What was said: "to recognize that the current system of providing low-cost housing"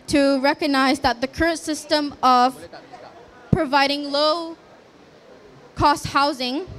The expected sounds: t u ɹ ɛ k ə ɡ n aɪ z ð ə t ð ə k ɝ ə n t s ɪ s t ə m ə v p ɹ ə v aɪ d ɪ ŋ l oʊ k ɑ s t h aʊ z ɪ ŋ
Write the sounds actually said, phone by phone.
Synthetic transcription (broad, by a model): t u ɹ ɛ k ə ɡ n aɪ z ð ə t ð ə k ɝ ə n t s ɪ s t ə m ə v p ɹ ə v aɪ d ɪ ŋ l oʊ k ɑ s t h aʊ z ɪ ŋ